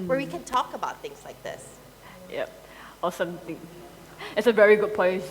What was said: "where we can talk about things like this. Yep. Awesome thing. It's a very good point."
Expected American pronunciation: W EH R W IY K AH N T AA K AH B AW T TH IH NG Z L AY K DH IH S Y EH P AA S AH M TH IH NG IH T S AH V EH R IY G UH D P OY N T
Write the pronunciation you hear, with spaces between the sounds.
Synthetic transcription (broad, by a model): W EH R W IY K AH N T AA K AH B AW T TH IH NG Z L AY K DH IH S Y EH P AA S AH M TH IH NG IH T S AH V EH R IY G UH D P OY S